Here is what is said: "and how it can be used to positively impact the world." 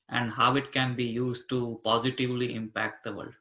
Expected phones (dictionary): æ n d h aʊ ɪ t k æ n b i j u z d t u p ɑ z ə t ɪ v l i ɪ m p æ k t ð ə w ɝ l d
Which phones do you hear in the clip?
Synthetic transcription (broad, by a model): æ n d h aʊ ɪ t k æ n b i j u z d t u p ɑ z ə t ɪ v l i ɪ m p æ k t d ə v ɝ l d